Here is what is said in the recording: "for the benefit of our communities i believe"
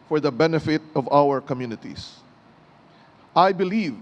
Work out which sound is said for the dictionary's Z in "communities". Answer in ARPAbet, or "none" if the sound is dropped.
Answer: S